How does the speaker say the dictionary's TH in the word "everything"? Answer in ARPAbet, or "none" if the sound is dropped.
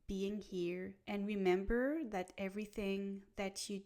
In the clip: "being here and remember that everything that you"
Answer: TH